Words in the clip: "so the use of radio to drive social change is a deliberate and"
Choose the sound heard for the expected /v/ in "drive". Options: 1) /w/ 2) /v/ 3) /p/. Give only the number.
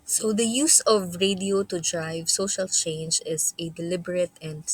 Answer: 2